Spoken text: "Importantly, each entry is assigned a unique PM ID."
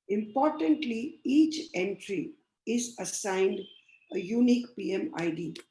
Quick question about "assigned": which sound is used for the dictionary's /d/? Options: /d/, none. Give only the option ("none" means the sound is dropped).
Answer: /d/